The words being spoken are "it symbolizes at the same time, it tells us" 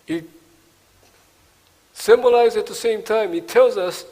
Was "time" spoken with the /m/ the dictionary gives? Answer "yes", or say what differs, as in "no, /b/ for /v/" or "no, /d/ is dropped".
yes